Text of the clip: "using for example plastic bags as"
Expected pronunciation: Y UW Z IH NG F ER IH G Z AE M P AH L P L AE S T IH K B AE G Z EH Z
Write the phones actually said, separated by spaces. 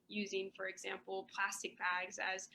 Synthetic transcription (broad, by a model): Y UW Z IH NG F ER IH G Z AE M P L P L AE S T IH K B AE G Z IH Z